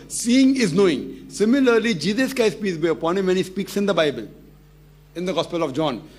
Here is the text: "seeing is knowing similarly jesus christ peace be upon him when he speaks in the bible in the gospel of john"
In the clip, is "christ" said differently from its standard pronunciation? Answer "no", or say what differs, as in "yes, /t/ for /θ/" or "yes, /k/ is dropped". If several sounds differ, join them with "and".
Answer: yes, /ɹ/ is dropped